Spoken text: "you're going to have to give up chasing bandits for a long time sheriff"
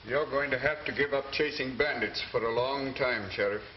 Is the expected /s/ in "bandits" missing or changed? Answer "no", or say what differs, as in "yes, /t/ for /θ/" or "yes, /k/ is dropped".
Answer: no